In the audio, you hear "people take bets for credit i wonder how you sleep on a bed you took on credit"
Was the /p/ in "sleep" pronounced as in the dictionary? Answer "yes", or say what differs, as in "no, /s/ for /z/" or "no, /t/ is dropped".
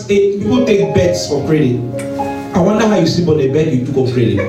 no, /b/ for /p/